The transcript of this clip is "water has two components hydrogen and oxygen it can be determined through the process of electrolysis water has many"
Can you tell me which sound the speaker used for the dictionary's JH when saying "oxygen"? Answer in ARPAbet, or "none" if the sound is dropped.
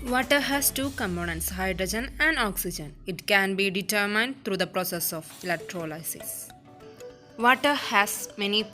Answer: JH